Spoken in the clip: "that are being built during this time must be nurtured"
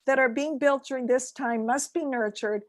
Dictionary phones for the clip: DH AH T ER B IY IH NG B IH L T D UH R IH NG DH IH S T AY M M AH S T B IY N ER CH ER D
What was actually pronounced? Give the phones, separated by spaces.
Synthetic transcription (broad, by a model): DH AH T ER B IY IH NG B IH L T D UH R IH NG DH IH S T AY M M AH S T B IY N ER CH ER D